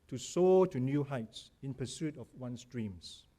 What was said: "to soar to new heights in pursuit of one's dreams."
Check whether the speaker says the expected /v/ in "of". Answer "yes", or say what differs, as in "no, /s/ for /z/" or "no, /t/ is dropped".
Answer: no, /f/ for /v/